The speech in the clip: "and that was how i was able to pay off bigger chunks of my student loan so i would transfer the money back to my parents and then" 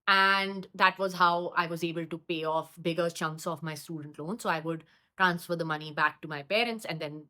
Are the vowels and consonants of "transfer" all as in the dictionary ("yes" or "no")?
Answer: yes